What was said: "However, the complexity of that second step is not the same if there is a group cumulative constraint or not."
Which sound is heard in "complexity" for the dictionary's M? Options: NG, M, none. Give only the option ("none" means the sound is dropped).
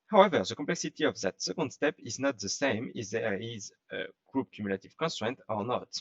none